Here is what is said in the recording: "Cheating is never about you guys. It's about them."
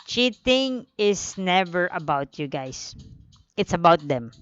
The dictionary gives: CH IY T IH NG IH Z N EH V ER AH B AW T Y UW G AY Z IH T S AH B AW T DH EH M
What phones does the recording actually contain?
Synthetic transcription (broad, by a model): CH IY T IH NG IH S N EH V ER AH B AW T Y UW G AY S IH T S AH B AW T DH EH M